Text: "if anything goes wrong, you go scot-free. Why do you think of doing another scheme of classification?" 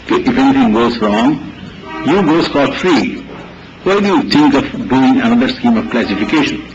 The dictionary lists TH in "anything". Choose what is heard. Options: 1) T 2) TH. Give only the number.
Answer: 1